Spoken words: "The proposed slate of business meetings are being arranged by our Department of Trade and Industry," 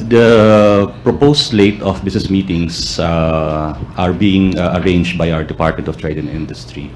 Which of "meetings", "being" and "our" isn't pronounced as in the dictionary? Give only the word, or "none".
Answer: meetings